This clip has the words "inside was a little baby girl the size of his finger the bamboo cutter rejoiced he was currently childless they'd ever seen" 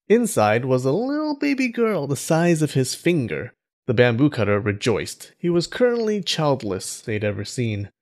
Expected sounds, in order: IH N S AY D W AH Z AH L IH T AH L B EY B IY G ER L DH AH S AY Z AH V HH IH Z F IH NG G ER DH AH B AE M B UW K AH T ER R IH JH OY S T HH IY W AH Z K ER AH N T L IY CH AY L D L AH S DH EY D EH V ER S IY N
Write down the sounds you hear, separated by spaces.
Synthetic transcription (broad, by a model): IH N S AY D W AH Z AH L IH T L B EY B IY G ER L DH AH S AY Z AH V IH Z F IH NG G ER DH AH B AE M B UW K AH T ER R IH JH OY S T HH IY W AH Z K ER AH N T L IY CH AY L D L AH S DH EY D EH V ER S IY N